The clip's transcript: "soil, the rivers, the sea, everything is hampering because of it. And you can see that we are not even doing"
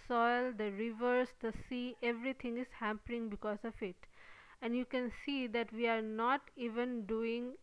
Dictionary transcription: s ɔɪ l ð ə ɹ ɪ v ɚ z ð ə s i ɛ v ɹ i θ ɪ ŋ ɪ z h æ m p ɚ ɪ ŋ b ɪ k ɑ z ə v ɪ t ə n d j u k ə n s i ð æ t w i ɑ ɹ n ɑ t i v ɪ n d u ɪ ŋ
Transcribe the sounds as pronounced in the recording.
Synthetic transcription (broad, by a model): s ɔɪ l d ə ɹ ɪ v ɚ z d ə s i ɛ v ɹ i t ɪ ŋ ɪ z h æ m p ɚ ɪ ŋ b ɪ k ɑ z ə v ɪ t ə n d j u k ə n s i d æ t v i ɑ ɹ n ɑ t i v ɪ n d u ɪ ŋ